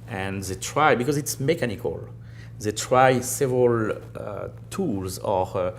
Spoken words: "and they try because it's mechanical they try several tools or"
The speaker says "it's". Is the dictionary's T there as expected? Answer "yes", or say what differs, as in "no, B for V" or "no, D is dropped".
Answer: yes